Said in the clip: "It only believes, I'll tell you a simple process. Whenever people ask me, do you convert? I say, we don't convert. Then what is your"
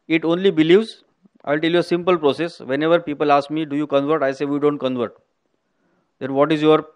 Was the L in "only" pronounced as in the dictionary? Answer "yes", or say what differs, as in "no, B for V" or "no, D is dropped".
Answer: yes